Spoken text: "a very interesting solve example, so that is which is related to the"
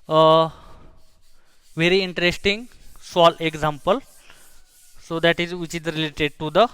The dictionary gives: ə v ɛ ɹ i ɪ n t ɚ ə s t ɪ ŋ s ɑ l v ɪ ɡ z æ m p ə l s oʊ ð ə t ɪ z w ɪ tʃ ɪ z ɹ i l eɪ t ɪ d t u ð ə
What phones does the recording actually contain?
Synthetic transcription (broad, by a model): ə v ɛ ɹ i ɪ n t ɚ ə s t ɪ ŋ s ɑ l ɪ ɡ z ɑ m p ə l s oʊ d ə t ɪ z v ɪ tʃ ɪ z ɹ i l eɪ t ɪ d t u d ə